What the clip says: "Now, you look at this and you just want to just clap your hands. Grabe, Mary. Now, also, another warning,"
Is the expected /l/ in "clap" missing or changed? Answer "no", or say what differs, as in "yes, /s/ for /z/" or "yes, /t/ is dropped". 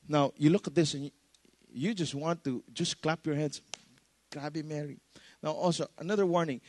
no